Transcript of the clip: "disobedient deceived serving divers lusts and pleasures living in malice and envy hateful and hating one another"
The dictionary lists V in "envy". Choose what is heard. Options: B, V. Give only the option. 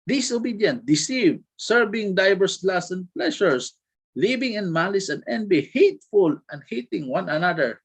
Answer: B